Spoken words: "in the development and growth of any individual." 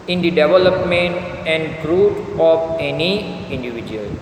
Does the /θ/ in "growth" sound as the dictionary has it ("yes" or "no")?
no